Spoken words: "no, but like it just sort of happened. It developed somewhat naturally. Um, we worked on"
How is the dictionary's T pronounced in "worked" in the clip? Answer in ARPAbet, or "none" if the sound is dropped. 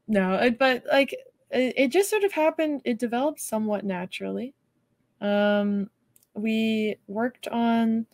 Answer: T